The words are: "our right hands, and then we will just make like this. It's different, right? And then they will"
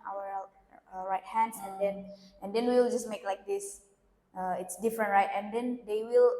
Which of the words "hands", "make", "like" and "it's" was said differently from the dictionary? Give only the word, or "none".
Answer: hands